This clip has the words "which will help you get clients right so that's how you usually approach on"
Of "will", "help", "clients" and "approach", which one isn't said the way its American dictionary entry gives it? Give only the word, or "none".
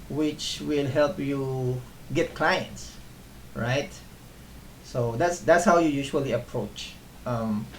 none